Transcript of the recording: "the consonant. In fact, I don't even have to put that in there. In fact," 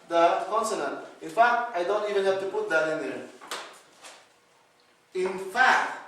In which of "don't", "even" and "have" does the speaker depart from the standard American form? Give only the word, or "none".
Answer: have